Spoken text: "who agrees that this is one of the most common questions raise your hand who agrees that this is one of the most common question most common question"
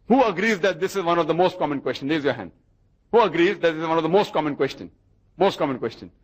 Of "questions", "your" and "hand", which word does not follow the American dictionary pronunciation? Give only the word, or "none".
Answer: questions